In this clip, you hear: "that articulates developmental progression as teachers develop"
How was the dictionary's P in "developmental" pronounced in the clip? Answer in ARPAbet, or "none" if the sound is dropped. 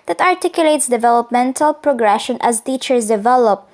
P